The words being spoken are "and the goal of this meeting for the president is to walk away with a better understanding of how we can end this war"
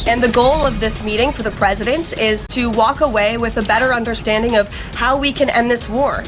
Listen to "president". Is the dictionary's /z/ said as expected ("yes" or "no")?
yes